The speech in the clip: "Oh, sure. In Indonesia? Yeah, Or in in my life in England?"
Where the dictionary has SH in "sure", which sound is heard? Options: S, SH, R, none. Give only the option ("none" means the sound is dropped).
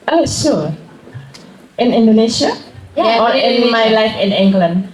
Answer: S